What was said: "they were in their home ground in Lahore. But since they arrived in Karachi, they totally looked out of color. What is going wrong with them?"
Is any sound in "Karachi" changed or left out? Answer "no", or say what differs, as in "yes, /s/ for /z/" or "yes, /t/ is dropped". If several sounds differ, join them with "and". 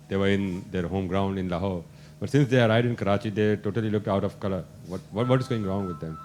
no